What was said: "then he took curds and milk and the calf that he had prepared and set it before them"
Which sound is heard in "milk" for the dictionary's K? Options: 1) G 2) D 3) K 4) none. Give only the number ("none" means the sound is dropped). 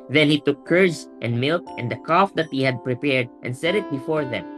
3